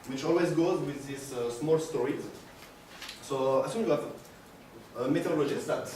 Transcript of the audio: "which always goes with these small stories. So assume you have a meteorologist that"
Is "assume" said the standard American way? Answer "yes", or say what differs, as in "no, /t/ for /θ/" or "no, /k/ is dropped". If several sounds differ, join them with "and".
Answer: no, /s/ is dropped